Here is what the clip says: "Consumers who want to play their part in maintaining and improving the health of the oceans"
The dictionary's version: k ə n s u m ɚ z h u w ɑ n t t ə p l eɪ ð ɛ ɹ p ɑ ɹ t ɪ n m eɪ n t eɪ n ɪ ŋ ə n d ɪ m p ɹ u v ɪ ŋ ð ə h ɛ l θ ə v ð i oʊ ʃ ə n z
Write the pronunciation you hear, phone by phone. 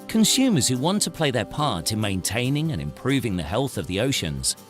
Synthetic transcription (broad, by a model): k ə n s u m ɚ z h u w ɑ n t t ə p l eɪ ð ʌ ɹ p ɑ ɹ t ɪ n m eɪ n t eɪ n ɪ ŋ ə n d ɪ m p ɹ u v ɪ ŋ ð ə h ɛ l θ ə v ð i oʊ ʃ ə n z